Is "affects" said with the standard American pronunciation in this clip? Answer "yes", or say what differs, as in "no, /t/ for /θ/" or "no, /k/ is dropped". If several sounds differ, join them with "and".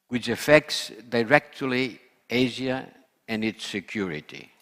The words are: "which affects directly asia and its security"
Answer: yes